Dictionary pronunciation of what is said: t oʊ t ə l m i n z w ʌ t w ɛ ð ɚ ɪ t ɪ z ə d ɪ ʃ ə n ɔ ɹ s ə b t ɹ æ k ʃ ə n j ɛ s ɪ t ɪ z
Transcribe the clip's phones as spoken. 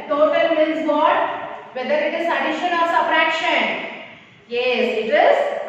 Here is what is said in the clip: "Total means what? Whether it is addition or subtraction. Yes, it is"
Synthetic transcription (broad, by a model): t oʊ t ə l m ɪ l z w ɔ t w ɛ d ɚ ɪ t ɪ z ə d ɪ ʃ ə n ɔ ɹ s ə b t ɹ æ k ʃ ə n j ɛ s ɪ t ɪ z